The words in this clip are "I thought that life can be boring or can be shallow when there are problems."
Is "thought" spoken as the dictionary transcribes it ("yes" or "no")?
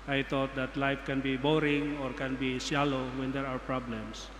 no